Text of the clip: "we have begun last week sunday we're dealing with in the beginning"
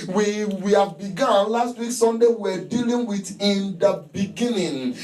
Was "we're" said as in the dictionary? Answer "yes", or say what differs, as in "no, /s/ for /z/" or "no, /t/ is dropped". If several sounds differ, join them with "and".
no, /w/ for /ɹ/